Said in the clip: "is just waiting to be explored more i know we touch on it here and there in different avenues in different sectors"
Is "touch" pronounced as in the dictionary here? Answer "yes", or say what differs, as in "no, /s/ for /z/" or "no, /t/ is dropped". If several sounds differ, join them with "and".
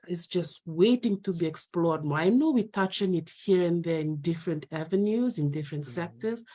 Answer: yes